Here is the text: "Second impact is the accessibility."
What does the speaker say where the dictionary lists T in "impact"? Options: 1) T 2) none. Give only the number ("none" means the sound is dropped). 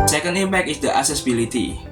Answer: 2